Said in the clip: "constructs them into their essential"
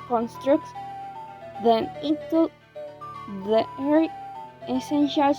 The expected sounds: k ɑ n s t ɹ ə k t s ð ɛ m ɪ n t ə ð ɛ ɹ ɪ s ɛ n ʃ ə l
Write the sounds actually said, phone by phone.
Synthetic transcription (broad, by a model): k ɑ n s t ɹ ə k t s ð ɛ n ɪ t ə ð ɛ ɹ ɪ s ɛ n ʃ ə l